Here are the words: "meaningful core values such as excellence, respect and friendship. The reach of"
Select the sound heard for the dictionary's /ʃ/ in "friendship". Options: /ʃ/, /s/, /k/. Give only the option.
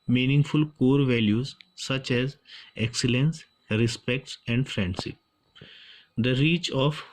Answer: /s/